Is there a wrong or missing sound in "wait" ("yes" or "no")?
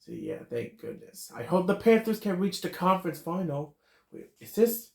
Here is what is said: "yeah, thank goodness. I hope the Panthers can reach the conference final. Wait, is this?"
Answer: yes